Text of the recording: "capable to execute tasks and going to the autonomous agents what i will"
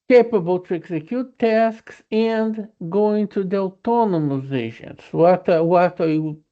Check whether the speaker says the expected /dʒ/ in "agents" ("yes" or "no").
no